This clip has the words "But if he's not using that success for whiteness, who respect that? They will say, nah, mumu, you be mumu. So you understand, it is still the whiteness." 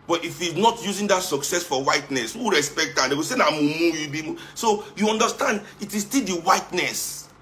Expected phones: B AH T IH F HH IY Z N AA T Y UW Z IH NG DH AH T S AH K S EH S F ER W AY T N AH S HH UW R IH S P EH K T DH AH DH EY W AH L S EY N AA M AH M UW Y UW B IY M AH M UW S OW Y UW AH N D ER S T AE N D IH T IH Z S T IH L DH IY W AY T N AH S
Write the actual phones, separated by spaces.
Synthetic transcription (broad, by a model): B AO T IH F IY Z N AA T Y UW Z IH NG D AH T S AH K S EH S F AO W AY T N AH S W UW R IH S P EH K T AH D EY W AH S EY N AA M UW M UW Y UW B IY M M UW S OW Y UW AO N D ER S T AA N D IH T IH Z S T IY L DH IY W AY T N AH S